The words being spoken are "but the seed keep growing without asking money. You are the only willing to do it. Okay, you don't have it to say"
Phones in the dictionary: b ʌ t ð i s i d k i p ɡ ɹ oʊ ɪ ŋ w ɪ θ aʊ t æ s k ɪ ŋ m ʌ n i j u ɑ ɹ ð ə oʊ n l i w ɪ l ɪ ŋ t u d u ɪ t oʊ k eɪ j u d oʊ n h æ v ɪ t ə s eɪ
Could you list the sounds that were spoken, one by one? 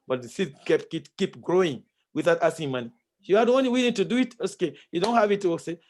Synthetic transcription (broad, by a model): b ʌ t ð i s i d k i p ɡ ɹ oʊ ɪ ŋ w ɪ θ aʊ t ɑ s ɪ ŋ m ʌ n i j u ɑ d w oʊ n i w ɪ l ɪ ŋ t u d u ɪ t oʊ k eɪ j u d oʊ n h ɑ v ɪ t ə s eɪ